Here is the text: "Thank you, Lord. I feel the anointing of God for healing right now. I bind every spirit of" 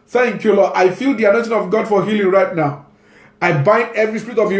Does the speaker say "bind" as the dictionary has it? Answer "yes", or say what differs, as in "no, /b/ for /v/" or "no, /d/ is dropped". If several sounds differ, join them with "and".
yes